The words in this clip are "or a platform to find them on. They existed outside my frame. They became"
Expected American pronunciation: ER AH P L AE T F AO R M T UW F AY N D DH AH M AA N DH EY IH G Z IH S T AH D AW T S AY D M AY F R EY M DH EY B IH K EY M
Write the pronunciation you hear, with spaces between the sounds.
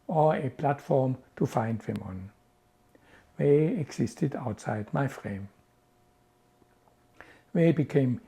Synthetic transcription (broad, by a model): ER AH P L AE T F AO M T UW F AY N D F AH M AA N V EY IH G S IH S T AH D AW T S AY D M AY F R EY M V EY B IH K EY M